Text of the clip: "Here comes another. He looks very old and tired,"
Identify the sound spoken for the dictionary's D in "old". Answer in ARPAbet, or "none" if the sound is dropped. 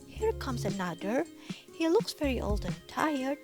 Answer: D